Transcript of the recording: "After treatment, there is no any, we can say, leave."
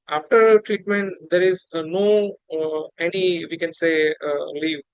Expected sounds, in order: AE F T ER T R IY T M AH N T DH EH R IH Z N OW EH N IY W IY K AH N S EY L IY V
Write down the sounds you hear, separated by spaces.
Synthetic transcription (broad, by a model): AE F T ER T R IY T M AH N T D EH R IH Z N OW EH N IY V IY K AH N S EY L IY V